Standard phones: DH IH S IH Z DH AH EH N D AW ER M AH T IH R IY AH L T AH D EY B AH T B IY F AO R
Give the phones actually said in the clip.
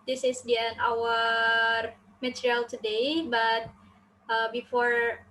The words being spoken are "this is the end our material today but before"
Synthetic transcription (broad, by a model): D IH S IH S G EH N AW ER M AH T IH R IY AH L T AH D EY B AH T B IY F AO R